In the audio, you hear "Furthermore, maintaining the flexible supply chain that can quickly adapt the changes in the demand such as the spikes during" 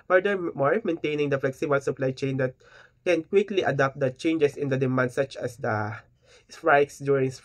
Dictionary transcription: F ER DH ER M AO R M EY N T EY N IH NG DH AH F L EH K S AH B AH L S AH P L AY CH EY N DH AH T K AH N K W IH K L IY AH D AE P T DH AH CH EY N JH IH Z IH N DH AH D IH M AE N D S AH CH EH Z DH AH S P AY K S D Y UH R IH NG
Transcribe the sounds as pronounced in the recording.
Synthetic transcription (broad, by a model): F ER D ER M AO R M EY N T EY N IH NG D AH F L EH K S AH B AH L S AH P L AY CH EY N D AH T K AH N K W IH K L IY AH D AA P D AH CH EY N JH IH S IH N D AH D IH M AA N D S AH CH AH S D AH S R AY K S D Y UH R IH NG